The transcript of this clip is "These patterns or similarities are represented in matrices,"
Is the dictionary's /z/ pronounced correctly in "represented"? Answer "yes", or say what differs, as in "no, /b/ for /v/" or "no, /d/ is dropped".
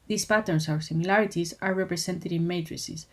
no, /s/ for /z/